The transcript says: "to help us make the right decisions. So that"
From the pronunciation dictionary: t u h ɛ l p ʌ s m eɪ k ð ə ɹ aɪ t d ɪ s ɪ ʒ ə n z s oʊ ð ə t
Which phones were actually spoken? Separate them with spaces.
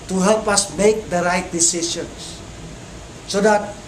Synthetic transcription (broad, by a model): t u h ɛ l p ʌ s m eɪ k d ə ɹ aɪ t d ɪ s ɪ s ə n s s oʊ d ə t